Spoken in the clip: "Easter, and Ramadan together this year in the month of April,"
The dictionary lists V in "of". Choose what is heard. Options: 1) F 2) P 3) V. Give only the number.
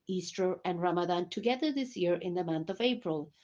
3